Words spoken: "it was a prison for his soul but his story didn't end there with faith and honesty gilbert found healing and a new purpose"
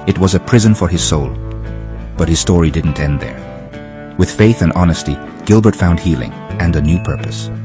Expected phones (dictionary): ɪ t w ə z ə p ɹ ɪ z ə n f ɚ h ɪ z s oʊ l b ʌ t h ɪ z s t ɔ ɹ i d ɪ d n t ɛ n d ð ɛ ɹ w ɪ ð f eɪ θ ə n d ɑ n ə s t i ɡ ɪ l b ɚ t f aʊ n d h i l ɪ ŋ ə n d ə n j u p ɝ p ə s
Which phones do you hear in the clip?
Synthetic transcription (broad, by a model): ɪ t w ə z ə p ɹ ɪ z ə n f ɚ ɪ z s oʊ l b ʌ t h ɪ z s t ɔ ɹ i d ɪ d n t ɛ n ð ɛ ɹ w ɪ ð f eɪ θ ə n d ɑ n ə s t i ɡ ɪ l b ɚ t f aʊ n d h i l ɪ ŋ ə n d ə n j u p ɝ p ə s